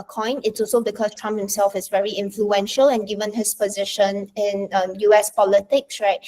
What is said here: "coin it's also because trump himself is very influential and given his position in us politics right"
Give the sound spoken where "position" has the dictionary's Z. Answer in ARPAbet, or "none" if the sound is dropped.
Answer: Z